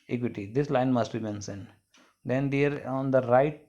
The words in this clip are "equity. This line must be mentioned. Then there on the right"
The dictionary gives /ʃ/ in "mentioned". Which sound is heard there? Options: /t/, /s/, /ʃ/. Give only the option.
/s/